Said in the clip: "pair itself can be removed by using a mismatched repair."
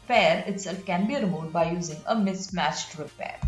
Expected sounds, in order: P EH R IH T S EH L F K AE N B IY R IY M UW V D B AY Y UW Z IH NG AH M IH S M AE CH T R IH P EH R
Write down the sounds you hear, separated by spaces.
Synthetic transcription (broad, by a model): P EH R IH T S EH L F K AE N B IY R M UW D B AY Y UW Z IH NG AH M IH S M AE CH T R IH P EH R